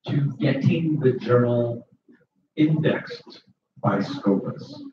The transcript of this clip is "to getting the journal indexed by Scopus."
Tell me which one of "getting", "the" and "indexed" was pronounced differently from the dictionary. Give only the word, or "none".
none